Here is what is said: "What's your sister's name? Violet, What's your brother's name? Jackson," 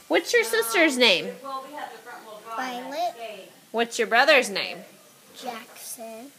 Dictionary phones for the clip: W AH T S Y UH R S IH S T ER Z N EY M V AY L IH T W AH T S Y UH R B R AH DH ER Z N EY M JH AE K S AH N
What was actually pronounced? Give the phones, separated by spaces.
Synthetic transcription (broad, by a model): W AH T S Y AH R S IH S T ER Z N EY M P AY L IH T W AH T S Y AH R B R AH DH ER Z N EY M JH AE K S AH N